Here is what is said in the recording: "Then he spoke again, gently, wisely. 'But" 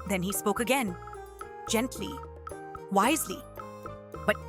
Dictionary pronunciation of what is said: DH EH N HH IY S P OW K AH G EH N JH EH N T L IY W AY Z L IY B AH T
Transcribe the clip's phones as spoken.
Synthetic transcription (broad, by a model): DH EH N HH IY S P OW K AH G EH N JH EH N T L IY W AY Z L IY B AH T